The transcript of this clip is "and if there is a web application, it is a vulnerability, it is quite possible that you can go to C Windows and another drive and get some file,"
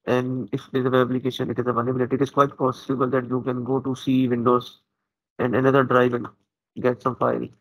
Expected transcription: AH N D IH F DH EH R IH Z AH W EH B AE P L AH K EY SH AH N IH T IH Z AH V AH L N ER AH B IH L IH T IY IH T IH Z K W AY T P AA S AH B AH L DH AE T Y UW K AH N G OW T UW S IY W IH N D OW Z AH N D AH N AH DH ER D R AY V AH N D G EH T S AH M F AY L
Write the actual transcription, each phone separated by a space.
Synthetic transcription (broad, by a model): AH N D IH F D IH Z AH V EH AE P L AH K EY SH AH N IH T IH Z AH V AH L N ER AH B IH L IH T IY IH T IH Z K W AY T P AA S AH B AH L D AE T Y UW K AH N G OW T UW S IY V IH N D OW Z AH N D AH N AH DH ER D R AY V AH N G EH T S AH M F AY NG